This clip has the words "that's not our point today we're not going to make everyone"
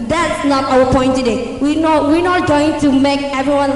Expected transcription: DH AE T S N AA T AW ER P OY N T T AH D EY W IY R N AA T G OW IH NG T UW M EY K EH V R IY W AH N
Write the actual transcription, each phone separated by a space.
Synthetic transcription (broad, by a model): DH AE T S N AA T AW ER P OY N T T AH D EY W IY W N AA T G OW IH NG T UW M EY K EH V R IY W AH N